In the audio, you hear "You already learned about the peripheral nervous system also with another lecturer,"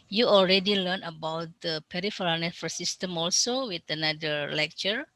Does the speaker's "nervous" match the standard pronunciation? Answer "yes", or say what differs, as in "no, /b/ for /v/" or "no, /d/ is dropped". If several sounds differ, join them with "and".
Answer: no, /f/ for /v/